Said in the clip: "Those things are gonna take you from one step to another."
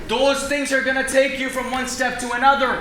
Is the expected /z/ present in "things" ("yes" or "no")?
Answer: yes